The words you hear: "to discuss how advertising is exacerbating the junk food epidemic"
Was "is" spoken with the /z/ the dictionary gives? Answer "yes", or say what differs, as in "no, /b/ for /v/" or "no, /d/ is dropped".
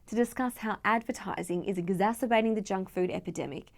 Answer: yes